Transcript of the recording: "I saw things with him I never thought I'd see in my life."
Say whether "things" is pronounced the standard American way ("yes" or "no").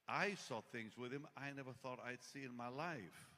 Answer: yes